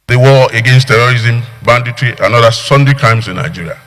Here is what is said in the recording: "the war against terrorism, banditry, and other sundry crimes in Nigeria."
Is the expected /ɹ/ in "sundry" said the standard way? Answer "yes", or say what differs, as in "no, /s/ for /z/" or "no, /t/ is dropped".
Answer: no, /ɹ/ is dropped